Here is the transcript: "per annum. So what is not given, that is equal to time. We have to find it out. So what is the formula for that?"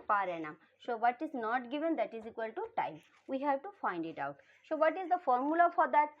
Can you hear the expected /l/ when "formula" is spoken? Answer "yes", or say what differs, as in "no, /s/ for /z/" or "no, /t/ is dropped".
yes